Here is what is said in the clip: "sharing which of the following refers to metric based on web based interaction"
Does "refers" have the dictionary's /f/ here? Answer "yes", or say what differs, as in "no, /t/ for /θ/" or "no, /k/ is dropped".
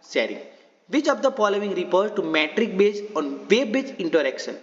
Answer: no, /p/ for /f/